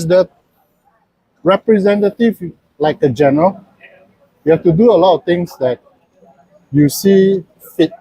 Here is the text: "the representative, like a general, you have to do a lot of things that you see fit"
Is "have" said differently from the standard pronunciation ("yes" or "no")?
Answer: yes